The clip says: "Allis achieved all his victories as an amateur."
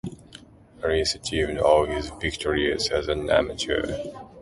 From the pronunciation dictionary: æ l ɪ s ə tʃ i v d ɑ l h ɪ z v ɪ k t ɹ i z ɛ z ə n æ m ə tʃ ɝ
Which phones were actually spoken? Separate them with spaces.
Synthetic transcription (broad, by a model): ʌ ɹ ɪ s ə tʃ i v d ɑ l h ɪ z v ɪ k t ɹ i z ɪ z ə n æ m ə tʃ ɝ